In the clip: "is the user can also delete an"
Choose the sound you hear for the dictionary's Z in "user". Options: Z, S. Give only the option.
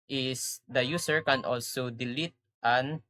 S